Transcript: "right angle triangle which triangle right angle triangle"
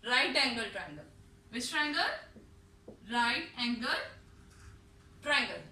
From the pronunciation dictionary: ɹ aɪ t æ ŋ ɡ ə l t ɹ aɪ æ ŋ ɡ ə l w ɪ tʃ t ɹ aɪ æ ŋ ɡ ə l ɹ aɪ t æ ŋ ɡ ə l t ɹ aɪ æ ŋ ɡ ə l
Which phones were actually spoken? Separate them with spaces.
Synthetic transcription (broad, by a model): ɹ aɪ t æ ŋ ɡ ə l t ɹ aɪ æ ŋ ɡ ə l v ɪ s t ɹ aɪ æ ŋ ɡ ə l ɹ aɪ t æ ŋ ɡ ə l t ɹ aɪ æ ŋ ɡ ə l